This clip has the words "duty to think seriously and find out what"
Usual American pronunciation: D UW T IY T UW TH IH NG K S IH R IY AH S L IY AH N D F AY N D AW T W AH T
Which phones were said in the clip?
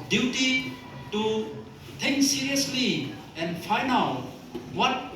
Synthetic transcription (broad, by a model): D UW T IY T UW T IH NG K S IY R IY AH S L IY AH N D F AY N AW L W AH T